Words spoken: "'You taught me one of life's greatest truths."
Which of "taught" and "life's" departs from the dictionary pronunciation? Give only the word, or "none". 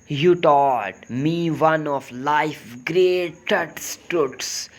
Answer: life's